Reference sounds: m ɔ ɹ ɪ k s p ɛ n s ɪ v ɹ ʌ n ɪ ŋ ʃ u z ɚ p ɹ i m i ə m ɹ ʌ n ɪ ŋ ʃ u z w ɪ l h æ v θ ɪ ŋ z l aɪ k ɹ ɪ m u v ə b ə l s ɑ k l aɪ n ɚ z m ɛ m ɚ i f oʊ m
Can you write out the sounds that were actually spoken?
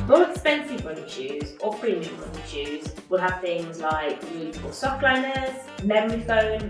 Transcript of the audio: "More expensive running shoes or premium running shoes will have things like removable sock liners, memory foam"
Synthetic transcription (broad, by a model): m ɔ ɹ ɪ k s p ɛ n s ɪ v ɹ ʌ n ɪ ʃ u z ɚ p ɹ i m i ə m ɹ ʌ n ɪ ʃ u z w ɪ l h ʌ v θ ɪ ŋ z l aɪ k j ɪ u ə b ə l s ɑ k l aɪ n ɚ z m ɛ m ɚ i f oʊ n